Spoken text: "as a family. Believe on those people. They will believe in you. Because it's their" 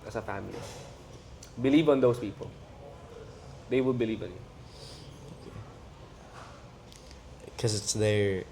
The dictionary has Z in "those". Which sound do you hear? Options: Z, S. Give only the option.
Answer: S